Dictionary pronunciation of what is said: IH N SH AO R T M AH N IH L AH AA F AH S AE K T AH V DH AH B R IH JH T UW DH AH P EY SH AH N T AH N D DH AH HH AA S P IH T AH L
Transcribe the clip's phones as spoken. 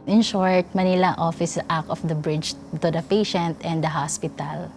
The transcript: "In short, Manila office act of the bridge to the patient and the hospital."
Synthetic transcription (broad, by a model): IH N SH AO R T M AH N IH L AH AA F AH S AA K AH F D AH B R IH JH T UW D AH P EY SH AH N T AH N D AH HH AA S P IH T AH L